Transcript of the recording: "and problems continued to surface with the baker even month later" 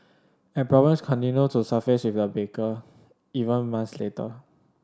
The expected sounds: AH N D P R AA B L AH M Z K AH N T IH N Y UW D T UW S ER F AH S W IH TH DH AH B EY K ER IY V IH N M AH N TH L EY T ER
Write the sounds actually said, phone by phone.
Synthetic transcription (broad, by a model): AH N P R AA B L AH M S K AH N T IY N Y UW T UW S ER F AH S W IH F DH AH B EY K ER IY V IH N M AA N S L EY T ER